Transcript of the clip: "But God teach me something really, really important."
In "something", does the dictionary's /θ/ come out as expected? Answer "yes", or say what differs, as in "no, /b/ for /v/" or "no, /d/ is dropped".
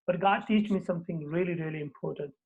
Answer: no, /t/ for /θ/